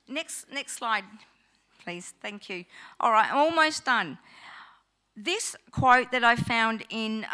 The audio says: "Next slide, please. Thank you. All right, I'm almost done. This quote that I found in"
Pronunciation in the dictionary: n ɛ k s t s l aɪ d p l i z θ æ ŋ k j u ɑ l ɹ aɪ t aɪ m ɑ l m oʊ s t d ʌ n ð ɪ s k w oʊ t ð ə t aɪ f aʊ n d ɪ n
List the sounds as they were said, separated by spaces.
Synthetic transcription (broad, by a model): n ɛ k s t s l aɪ d p l i z θ æ ŋ k j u ɑ l ɹ aɪ t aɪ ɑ l m oʊ s d ʌ n ð ɪ s k w oʊ t ð ə t aɪ f aʊ n d ɪ n